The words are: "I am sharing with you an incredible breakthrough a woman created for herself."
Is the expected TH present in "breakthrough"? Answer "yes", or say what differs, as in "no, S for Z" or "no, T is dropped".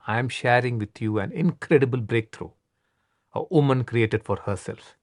no, T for TH